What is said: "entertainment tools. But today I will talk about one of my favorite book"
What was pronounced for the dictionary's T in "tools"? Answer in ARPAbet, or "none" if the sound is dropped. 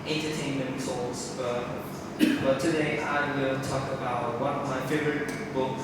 S